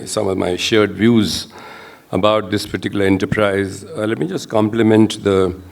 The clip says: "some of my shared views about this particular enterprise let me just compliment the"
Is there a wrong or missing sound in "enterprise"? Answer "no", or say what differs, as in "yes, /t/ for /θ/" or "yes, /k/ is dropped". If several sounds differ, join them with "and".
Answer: no